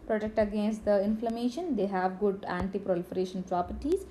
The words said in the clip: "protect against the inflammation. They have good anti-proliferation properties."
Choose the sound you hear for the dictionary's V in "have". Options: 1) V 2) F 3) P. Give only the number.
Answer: 1